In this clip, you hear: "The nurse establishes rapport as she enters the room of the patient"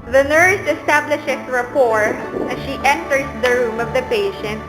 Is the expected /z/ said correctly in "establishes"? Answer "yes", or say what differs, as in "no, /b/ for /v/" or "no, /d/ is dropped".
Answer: no, /s/ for /z/